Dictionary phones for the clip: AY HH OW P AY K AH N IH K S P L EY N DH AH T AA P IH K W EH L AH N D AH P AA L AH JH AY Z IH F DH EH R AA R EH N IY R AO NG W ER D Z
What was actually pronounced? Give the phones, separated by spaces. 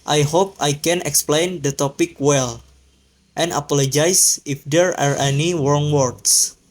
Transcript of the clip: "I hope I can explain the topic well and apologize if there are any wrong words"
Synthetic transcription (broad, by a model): AY HH OW P AY K AH N IH K S P L EY N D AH T AA P IH K W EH L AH N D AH P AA L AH JH AY S IH F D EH R AA R EH N IY W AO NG W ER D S